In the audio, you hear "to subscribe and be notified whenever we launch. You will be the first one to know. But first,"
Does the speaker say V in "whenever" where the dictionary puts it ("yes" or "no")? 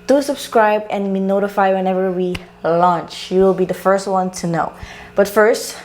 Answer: yes